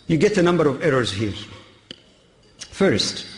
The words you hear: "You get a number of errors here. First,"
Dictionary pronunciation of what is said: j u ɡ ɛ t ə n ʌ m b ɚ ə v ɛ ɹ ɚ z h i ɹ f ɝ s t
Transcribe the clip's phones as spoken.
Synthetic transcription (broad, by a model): j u ɡ ɛ t ə n ʌ m b ɚ ə v ɛ ɹ ɚ z h i ɹ f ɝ s t